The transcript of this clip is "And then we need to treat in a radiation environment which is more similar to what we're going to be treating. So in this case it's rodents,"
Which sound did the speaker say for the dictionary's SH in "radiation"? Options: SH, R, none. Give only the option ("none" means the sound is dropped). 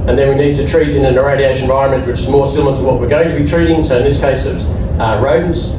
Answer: none